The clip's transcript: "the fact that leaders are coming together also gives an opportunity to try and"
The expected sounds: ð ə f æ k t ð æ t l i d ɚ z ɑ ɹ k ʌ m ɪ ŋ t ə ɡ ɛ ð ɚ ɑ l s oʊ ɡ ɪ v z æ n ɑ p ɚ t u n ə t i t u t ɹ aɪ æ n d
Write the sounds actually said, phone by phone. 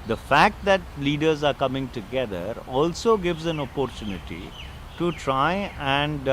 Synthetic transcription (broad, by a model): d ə f æ k t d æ t l i d ɚ z ɑ ɹ k ʌ m ɪ ŋ t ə ɡ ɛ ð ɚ ɑ l s oʊ ɡ ɪ v z æ n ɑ p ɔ t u n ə t i t u t ɹ aɪ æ n d